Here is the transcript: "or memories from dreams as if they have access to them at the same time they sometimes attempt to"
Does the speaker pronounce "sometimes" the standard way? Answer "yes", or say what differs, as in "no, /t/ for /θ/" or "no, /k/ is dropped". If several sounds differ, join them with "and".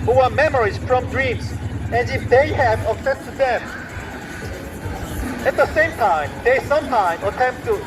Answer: no, /z/ is dropped